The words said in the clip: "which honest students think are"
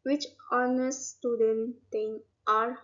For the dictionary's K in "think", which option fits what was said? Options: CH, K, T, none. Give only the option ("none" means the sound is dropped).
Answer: none